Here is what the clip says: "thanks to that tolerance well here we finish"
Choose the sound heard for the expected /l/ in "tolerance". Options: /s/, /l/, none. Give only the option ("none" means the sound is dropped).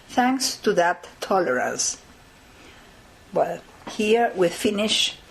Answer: /l/